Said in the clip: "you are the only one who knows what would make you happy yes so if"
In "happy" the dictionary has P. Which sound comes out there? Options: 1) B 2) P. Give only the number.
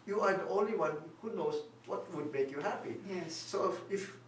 2